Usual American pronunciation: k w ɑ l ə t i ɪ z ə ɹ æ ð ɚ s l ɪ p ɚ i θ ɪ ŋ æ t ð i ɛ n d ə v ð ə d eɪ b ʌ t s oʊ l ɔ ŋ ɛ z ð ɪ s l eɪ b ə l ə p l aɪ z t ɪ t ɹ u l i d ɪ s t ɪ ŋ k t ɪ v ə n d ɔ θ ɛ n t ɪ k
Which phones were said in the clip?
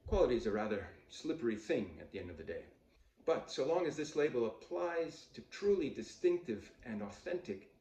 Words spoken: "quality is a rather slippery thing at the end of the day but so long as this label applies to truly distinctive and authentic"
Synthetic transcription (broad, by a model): k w ɑ l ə t i z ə ɹ æ ð ɚ s l ɪ p ɚ i θ ɪ ŋ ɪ t ð i ɛ n d ə v ð ə d eɪ b ʌ t s oʊ l ɔ ŋ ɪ z ð ɪ s l eɪ b l ə p l aɪ z t ɪ t ɹ u l i d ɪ s t ɪ ŋ k t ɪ v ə n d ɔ θ ɛ n t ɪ k